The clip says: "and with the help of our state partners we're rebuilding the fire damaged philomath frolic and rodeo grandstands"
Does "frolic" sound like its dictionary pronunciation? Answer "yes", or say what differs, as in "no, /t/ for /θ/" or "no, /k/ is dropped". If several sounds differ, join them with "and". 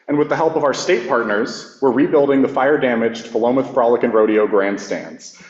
yes